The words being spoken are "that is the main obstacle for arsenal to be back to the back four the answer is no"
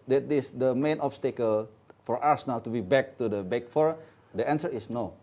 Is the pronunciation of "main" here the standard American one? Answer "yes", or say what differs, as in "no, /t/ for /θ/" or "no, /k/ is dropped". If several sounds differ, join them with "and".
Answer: yes